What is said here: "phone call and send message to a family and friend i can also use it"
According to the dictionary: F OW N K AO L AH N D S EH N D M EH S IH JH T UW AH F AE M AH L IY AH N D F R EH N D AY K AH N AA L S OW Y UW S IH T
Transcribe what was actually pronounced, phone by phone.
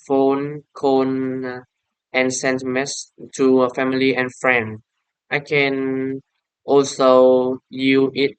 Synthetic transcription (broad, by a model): F OW N K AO N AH N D S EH N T M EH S T UW AH F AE M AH L IY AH N F R EH N D AY K AH N AA L S OW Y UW IH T